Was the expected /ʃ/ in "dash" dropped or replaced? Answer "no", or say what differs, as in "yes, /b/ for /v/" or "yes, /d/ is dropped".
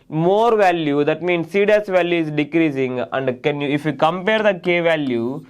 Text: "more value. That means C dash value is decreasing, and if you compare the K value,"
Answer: yes, /s/ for /ʃ/